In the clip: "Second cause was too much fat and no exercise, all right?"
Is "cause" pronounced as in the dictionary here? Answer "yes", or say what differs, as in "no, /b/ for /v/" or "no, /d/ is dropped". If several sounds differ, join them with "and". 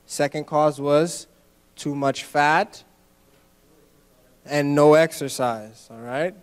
yes